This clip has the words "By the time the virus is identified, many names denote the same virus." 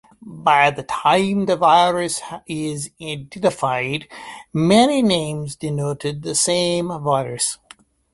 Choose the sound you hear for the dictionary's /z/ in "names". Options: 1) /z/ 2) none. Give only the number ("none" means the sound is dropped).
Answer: 1